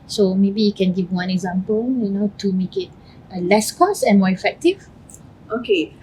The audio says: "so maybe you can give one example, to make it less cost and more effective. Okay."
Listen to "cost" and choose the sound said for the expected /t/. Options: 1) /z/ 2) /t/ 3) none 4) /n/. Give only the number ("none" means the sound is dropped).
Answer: 3